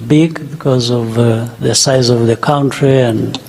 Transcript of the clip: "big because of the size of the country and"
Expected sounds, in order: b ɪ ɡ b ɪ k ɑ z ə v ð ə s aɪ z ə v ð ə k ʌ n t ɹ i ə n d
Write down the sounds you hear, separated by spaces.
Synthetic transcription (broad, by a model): b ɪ ɡ b ɪ k ɑ z ə v ð ə s aɪ z ə v ð ə k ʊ n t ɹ i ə n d